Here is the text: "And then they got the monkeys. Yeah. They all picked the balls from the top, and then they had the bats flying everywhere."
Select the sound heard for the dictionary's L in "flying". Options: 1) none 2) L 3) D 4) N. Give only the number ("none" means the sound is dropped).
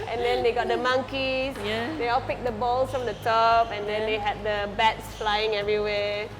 2